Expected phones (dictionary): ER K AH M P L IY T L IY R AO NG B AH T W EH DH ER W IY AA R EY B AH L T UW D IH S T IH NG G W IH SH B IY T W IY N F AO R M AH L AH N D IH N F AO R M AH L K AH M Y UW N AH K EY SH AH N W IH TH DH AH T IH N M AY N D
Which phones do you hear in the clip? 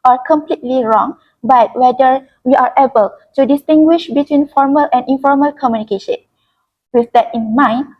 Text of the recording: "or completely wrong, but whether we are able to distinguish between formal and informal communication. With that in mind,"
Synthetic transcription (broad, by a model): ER K AH M P L IY T L IY R AO NG B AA T W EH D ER W IY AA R EY B AH L T UW D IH S T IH NG G W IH SH B IY T W IY N F AO R M AH L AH N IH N F AO R M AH L K AH M Y UW N AH K EY SH AH N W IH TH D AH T IH N M AY N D